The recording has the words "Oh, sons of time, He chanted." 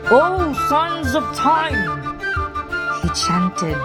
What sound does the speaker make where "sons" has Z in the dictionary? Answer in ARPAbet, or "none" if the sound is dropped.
Z